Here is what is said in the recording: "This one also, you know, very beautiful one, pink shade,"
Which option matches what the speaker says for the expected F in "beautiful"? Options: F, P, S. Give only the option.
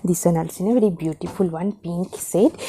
F